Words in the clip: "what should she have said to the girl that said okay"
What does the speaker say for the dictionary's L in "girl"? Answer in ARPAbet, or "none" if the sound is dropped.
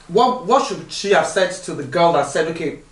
L